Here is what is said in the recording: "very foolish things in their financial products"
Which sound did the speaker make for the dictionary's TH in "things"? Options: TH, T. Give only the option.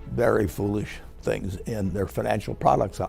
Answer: TH